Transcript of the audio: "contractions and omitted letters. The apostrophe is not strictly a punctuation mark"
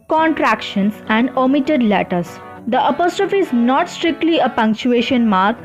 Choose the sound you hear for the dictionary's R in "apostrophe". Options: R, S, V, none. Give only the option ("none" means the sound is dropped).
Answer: R